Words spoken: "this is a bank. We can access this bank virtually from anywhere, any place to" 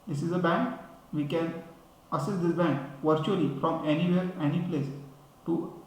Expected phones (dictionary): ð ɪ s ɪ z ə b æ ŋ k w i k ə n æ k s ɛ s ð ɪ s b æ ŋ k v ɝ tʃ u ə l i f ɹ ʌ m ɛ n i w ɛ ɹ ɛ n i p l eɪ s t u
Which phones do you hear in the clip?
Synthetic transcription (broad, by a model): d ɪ s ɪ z ə b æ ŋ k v i k ə n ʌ s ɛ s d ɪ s b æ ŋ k v ɝ tʃ u ə l i f ɹ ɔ m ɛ n i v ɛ ɹ ɛ n i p l eɪ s t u